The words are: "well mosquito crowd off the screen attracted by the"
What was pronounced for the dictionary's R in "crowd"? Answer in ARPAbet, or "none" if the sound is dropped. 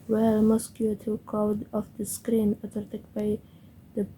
none